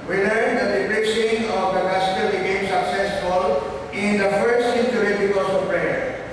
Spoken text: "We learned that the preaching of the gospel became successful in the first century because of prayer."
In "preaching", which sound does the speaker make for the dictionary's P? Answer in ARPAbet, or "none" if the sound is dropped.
B